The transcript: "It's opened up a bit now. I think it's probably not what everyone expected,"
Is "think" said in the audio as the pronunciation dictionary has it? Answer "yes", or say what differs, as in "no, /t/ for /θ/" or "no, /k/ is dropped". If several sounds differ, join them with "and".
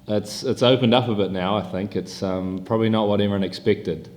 yes